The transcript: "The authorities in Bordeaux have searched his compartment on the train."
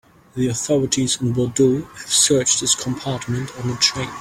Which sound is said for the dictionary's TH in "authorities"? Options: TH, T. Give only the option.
TH